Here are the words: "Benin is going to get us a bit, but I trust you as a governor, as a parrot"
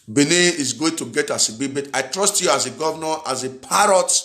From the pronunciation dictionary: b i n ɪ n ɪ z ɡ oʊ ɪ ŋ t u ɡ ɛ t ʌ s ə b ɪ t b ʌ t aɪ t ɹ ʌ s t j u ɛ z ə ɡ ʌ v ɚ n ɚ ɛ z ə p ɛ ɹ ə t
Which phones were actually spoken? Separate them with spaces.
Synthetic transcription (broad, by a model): b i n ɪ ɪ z ɡ oʊ ɪ ŋ t u ɡ ɛ t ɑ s ə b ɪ b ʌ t aɪ t ɹ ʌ s t j u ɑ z ə ɡ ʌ v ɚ n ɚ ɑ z ə p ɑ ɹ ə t